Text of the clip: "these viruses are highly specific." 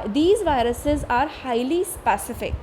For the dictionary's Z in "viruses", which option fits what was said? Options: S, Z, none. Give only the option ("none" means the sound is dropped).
Z